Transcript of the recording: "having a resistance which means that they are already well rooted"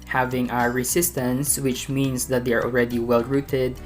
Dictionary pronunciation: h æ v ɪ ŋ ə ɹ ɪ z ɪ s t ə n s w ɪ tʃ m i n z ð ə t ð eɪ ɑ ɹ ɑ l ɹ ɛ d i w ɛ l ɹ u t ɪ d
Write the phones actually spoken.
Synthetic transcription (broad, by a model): h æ v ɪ ŋ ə ɹ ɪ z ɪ s t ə n s w ɪ tʃ m i n s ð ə t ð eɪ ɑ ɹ ɑ l ɹ ɛ d i w ɛ l ɹ u t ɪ d